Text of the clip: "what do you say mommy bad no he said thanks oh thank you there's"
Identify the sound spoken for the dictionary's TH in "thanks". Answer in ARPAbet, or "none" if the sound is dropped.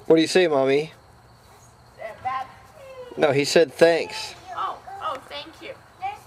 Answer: TH